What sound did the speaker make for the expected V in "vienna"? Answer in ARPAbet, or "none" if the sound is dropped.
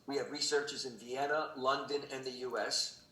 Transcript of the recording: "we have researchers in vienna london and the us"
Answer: V